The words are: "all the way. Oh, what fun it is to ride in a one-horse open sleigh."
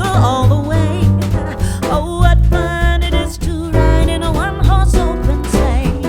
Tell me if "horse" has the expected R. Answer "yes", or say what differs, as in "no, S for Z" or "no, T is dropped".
no, L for R